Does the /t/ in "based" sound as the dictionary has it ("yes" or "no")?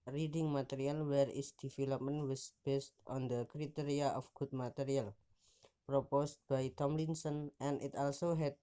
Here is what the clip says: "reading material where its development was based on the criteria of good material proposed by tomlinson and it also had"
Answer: yes